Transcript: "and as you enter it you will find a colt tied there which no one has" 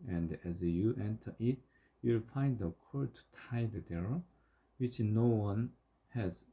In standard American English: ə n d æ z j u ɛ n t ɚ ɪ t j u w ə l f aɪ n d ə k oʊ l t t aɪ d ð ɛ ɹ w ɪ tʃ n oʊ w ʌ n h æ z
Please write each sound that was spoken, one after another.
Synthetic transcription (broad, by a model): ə n d æ z j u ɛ n t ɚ ɪ t j u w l f aɪ n d ə k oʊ t t aɪ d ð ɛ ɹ w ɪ tʃ n oʊ w ʌ n h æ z